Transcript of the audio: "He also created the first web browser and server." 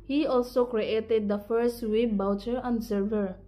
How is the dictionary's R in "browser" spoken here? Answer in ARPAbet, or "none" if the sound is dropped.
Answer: none